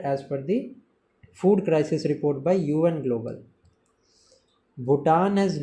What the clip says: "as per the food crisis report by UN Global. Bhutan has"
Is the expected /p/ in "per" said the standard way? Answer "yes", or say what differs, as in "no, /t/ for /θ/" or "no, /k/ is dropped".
no, /f/ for /p/